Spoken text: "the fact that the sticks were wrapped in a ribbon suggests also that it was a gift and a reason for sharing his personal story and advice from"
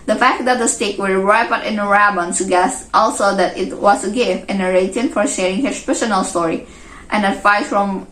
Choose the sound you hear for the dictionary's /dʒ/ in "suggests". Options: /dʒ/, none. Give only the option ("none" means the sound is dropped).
none